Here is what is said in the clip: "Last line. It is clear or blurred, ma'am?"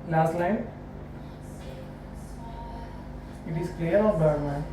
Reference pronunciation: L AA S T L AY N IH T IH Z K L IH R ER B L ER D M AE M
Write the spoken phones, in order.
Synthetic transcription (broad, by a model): L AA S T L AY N IH T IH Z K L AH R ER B ER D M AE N